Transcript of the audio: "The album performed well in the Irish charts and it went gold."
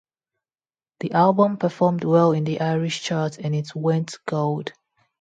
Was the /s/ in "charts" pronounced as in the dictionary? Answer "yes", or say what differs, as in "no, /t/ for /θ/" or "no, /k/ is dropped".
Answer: no, /s/ is dropped